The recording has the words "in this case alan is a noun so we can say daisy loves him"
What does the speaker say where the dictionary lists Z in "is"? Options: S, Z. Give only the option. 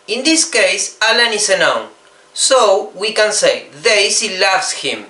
S